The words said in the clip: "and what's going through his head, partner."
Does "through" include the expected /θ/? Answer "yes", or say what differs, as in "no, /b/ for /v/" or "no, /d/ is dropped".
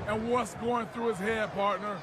yes